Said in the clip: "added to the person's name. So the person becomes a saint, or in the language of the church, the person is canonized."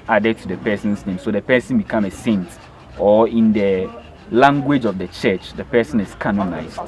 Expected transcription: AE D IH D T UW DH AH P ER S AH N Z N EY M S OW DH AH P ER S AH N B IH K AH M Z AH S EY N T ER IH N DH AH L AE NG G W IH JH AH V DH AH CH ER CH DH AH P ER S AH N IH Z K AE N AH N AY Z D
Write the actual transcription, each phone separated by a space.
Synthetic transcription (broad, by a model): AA D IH T UW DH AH P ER S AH N S N EY M S OW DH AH P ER S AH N B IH K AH M AH S EY N T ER IH N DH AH L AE NG G W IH JH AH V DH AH CH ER CH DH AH P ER S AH N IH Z K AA N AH N AY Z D